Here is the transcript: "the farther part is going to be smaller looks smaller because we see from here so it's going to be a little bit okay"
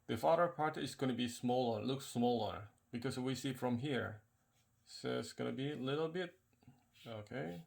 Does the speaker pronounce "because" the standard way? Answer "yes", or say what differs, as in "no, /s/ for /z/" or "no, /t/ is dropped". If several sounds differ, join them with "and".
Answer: no, /s/ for /z/